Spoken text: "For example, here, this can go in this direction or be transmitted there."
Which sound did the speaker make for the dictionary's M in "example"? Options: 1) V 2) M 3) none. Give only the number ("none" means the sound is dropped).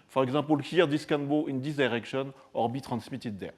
3